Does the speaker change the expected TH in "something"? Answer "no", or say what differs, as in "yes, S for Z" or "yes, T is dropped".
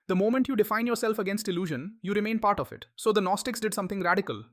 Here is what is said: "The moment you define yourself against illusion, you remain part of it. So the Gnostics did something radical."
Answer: yes, T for TH